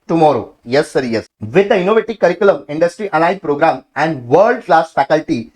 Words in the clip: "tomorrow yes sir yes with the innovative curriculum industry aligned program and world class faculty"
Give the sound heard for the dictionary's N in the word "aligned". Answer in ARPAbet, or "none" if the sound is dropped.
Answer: none